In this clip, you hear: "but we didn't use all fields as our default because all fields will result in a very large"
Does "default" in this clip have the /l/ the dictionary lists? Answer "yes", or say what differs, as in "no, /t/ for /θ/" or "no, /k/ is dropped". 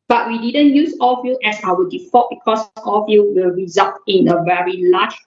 no, /l/ is dropped